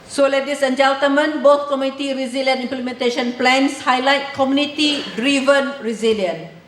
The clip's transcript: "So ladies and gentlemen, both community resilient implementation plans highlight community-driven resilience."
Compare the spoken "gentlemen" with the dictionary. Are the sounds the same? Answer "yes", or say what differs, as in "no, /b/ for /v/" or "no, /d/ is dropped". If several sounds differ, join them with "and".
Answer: no, /l/ is dropped